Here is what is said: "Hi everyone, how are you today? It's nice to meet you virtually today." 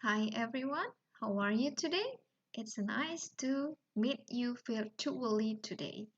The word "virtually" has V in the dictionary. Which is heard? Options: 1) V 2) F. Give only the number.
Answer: 2